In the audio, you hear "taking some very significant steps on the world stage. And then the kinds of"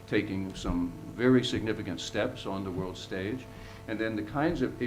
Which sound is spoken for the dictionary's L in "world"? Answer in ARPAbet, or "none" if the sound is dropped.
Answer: L